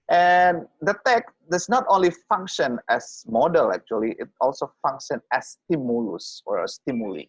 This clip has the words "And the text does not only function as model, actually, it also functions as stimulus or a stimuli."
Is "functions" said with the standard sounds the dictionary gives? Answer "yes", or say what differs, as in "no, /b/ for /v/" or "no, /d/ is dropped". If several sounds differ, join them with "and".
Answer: no, /z/ is dropped